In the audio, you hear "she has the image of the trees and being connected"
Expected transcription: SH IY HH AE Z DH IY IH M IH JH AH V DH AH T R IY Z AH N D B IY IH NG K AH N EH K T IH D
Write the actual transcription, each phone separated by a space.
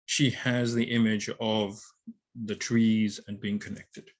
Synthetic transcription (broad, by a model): SH IY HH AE Z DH IY IH M IH JH AH V DH AH T R IY Z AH N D B IY IH NG K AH N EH K T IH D